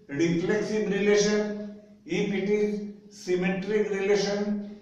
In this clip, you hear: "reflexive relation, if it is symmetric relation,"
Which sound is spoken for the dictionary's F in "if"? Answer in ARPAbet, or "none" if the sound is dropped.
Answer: P